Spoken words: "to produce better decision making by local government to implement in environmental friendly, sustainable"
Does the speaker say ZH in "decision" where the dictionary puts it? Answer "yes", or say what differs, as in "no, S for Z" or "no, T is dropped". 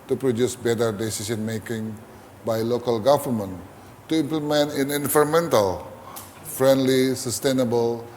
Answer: no, S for ZH